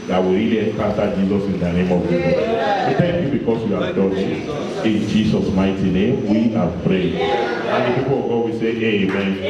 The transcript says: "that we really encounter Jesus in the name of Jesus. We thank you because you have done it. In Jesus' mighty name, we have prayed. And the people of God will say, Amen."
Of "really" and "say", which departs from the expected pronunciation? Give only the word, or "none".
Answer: really